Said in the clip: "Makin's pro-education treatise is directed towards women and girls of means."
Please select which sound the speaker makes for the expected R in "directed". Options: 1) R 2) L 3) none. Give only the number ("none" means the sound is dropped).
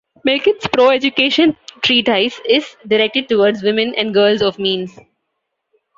1